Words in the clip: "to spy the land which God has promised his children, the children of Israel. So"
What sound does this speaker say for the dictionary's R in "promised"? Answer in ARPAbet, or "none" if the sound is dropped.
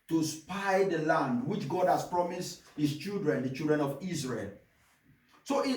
R